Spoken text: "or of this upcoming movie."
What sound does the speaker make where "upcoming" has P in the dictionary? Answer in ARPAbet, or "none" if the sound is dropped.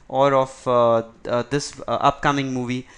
P